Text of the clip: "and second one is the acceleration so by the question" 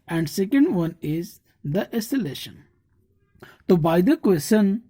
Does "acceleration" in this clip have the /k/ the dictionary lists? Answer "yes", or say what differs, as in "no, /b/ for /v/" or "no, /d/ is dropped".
no, /k/ is dropped